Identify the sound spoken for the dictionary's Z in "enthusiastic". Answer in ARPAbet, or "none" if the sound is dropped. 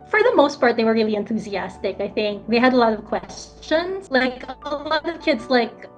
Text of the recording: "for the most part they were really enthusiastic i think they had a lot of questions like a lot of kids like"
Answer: Z